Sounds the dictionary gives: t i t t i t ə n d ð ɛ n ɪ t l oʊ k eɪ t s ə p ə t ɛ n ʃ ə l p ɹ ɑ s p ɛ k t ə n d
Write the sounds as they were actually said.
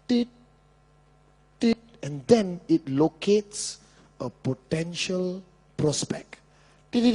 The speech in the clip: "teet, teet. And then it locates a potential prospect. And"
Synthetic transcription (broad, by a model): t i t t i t ə n d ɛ n ɪ t l oʊ k eɪ t s ə p ə t ɛ n ʃ ə l p ɹ ɑ s p ɛ k t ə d